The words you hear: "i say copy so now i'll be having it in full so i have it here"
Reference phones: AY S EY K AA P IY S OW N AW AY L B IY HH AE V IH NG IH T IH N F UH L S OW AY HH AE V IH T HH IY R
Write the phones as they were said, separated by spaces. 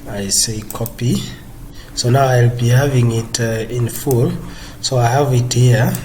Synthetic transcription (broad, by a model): AY S EY K AA P IY S OW N AW AY L B IY HH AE V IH NG IH T IH N F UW L S OW AY HH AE V IH T HH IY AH